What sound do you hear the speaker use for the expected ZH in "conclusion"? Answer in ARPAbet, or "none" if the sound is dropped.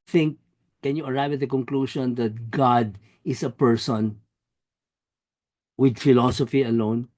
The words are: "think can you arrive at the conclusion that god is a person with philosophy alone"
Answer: SH